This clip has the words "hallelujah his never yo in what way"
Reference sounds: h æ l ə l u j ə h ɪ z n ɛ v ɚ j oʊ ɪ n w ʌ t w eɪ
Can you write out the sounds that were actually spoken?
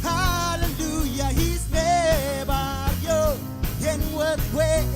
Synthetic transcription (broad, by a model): h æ l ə l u j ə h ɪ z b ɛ b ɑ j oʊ ɪ n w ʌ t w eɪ